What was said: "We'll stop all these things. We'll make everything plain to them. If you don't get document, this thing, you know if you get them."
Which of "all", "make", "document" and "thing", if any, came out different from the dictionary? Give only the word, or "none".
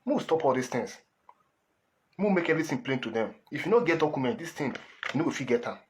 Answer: thing